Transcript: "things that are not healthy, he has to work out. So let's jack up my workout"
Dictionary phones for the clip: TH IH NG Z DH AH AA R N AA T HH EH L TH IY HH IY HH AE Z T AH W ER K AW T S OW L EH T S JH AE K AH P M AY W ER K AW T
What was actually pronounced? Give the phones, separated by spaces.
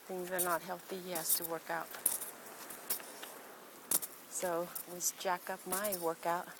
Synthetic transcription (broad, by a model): TH IH NG Z DH AH R N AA T HH EH L TH IY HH IY HH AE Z T AH W ER K AW T S OW W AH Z JH AE K AH P M AY W ER K AW T